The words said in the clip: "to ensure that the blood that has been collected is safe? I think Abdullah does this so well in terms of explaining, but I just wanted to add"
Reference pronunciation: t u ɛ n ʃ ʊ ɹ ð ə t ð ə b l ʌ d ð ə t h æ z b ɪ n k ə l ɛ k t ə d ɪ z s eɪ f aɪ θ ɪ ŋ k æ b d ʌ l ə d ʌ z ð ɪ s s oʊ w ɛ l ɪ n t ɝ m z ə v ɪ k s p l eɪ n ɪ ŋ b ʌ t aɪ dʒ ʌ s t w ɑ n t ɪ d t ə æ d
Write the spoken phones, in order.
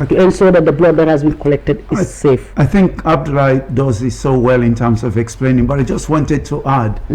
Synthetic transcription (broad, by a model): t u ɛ n s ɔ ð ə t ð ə b l ʌ d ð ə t h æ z b ɪ n k ə l ɛ k t ə d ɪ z s eɪ f aɪ θ ɪ ŋ k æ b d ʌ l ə d ʌ z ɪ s s oʊ w ɛ l ɪ n t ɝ m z ə v ɪ k s p l eɪ n ɪ ŋ b ʌ t aɪ dʒ ʌ s t w ɑ n t ɪ d t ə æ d